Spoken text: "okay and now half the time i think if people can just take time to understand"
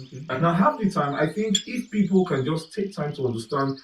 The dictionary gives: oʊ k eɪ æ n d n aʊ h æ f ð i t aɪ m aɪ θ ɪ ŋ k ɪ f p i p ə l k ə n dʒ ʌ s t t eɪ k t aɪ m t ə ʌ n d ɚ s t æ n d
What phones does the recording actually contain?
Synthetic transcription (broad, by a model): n n aʊ h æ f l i t aɪ m aɪ θ ɪ ŋ k ɪ f p i p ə l k ə n dʒ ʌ s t t eɪ k t aɪ m t ə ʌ n d ɚ s t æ n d